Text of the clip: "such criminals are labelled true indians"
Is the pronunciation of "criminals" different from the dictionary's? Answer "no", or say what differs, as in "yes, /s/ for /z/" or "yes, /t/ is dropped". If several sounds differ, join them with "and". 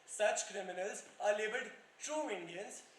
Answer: no